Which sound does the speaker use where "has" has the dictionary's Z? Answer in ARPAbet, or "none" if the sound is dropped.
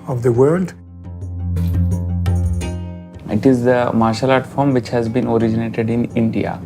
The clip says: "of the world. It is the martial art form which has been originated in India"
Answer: Z